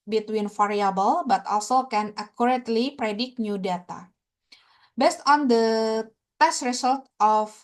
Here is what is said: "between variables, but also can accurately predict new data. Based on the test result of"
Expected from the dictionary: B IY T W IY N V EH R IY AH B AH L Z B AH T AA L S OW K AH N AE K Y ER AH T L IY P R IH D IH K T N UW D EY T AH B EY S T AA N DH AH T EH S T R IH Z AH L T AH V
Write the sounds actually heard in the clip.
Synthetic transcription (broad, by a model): B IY T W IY N F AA R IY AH B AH L B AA T AA L S OW K AH N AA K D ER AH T L IY P R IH D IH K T N UW D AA T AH B EY S T AA N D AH T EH S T R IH S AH L T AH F